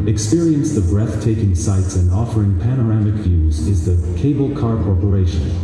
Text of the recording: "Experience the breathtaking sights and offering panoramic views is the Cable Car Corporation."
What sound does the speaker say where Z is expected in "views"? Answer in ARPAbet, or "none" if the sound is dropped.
Z